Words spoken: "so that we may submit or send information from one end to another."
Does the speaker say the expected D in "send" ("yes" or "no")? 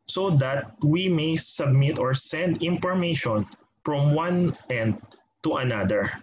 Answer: yes